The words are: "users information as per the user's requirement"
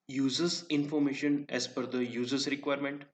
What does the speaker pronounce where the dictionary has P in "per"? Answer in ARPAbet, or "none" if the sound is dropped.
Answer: F